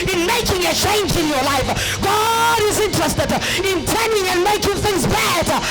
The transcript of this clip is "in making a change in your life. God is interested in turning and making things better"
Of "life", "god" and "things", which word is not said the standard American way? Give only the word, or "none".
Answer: none